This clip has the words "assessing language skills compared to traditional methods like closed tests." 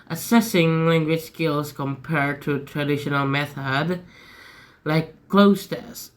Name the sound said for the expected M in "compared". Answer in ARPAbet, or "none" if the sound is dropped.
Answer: M